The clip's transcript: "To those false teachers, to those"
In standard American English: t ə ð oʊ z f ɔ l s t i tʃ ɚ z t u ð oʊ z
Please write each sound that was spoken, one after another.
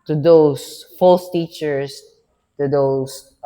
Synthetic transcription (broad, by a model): t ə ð oʊ s f ɔ l s t i tʃ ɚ s t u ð oʊ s